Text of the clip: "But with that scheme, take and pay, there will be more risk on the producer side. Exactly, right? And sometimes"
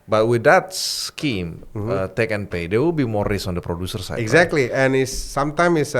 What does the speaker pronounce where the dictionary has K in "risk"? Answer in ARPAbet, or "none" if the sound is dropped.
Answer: none